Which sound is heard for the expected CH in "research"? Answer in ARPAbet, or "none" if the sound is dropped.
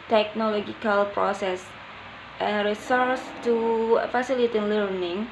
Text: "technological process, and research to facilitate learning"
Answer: S